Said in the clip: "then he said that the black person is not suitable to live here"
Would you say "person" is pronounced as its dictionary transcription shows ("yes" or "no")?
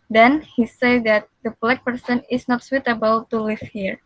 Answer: yes